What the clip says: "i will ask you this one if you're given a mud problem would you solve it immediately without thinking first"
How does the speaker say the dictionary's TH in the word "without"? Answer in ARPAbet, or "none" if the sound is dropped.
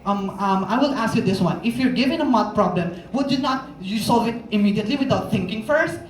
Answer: T